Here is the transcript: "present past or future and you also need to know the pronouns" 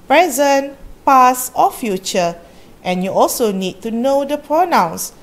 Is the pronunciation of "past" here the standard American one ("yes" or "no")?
no